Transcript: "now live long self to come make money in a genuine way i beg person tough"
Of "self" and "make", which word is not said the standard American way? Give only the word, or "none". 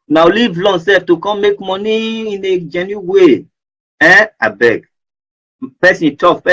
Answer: self